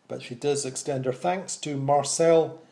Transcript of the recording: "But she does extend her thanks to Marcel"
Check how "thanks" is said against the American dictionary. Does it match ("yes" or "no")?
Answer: yes